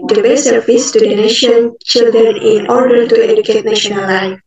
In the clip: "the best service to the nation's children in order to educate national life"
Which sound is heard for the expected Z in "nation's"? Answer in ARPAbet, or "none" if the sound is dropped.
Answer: none